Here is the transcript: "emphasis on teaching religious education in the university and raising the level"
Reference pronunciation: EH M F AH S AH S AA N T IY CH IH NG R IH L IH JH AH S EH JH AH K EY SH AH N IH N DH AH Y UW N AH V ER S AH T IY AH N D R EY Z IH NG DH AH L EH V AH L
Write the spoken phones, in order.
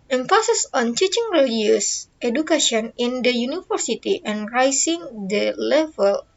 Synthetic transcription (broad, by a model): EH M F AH S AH S AA N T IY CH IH NG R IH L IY AH S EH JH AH K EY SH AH N IH N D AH Y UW N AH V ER S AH T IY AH N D R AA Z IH NG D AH L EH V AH L